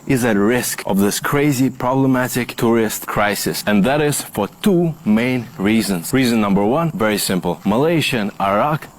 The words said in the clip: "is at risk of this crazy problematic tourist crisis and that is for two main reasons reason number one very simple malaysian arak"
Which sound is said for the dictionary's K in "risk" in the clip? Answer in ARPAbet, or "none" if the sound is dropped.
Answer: K